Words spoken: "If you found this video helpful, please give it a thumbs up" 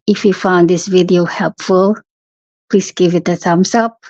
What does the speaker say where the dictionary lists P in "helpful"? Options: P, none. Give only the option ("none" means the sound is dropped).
P